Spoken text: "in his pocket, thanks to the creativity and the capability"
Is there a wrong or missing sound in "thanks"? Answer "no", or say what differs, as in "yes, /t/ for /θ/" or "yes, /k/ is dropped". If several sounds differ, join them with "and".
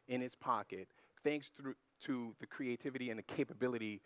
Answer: no